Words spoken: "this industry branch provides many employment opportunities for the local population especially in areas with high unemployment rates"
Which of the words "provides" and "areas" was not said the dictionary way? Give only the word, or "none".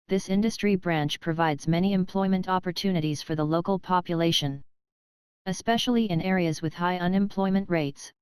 none